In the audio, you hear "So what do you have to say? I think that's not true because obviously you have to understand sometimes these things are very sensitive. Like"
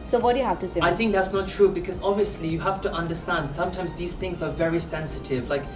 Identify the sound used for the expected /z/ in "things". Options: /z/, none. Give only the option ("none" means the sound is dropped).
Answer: /z/